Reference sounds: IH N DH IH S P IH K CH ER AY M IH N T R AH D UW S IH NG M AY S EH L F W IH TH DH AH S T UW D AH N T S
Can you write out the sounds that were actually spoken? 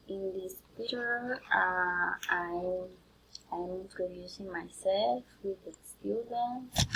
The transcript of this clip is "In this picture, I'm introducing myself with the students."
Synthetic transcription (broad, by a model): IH N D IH S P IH CH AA AY M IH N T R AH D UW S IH NG M AY S EH L F W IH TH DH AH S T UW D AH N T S